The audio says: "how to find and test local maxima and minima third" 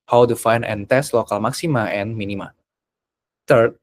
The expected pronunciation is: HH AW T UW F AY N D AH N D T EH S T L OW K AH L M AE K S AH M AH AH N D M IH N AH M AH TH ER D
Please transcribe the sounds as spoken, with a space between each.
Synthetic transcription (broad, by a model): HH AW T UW F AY N AH N T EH S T L OW K AH L M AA K S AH M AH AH N M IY N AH M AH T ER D